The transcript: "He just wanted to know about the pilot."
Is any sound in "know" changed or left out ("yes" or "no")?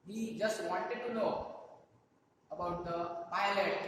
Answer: yes